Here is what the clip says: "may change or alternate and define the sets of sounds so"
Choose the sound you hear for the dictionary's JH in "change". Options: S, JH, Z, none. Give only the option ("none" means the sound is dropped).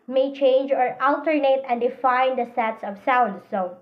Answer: JH